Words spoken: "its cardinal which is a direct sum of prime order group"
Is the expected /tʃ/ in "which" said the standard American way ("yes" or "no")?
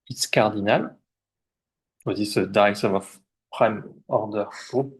no